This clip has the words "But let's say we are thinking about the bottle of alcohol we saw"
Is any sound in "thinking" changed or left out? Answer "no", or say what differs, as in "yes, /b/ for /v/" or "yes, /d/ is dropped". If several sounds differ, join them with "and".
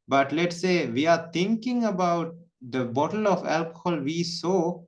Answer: yes, /t/ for /θ/